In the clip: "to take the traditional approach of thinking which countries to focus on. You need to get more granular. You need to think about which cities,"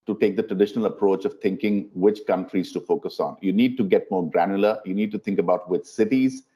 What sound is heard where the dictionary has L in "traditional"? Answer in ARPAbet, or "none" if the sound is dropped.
L